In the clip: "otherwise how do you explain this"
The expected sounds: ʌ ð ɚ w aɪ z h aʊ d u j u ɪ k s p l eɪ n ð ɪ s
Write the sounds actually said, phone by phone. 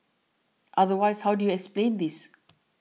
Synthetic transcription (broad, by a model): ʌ ð ɚ w aɪ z h aʊ d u j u ɪ k s p l eɪ n ð ɪ s